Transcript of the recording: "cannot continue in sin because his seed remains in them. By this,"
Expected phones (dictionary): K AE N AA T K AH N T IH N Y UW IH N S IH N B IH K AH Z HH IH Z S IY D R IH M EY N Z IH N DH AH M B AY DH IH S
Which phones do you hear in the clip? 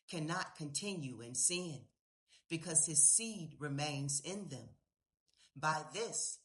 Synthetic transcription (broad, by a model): K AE N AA T K AH N T IH N Y UW IH N S IH N B IH K AH Z IH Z S IY D R IH M EY N Z IH N DH AH M B AY DH IH S